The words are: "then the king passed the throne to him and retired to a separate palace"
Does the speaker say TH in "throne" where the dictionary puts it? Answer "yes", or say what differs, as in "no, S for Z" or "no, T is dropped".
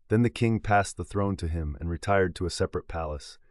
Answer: yes